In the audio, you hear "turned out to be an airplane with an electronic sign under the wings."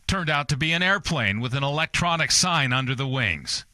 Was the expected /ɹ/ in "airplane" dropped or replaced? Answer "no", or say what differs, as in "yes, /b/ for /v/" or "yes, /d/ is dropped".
no